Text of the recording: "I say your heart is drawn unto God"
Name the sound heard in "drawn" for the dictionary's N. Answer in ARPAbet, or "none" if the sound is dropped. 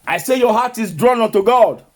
N